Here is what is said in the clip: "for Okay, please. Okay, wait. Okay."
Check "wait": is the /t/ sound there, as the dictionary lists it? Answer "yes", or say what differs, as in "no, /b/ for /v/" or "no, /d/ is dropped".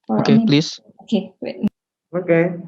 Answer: no, /t/ is dropped